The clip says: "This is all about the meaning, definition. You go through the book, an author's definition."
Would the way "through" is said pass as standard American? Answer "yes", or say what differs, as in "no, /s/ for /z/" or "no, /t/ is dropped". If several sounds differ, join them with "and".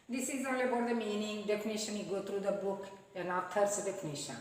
no, /t/ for /θ/